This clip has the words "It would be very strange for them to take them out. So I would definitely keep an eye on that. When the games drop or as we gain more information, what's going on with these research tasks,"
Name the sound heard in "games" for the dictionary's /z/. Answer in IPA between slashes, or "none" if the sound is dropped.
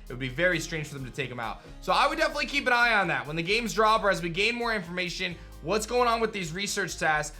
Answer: /z/